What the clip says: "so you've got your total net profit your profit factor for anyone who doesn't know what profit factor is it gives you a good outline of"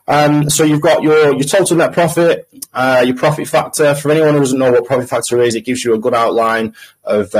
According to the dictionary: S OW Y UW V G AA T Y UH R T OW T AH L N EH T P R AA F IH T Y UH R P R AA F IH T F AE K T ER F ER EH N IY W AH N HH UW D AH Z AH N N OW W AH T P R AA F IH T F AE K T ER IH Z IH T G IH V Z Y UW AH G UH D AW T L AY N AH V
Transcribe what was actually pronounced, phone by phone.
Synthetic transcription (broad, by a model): S OW Y UW V G AA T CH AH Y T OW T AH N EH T P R AA F IH T Y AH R P R AA F IH T F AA K T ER F ER EH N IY W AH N HH UW D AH Z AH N N OW W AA T P R AA F IH T F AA K T ER IH Z IH T G IH V Z Y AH AH G UH D AW T L AY N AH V